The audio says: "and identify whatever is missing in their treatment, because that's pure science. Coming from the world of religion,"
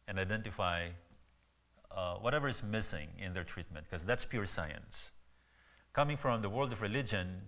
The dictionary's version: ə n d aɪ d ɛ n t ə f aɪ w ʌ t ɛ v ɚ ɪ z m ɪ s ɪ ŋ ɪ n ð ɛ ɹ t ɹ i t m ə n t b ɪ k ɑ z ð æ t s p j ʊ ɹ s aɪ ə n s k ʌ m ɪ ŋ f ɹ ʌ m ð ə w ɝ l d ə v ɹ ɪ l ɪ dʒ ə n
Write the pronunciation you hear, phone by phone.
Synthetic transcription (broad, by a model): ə n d aɪ d ɛ n t ə f aɪ w ʌ t ɛ v ɚ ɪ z m ɪ s ɪ ŋ ɪ n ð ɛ ɹ t ɹ i t m ə n t k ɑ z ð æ t s p j ʊ ɹ s aɪ ə n s k ʌ m ɪ ŋ f ɹ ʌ m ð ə w ɝ l d ə v ɹ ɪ l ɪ dʒ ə n